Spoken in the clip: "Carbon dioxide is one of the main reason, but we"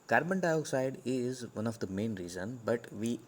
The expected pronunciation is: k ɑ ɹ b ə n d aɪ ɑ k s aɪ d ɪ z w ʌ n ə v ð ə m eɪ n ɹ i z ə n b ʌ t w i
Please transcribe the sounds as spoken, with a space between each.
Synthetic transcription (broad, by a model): k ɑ ɹ b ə n d aɪ ɑ k s aɪ d ɪ z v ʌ n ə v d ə m eɪ n ɹ i z ə n b ʌ t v i